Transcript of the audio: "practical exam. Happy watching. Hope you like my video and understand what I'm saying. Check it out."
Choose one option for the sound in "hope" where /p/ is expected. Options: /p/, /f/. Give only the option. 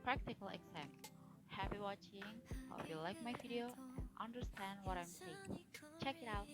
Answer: /f/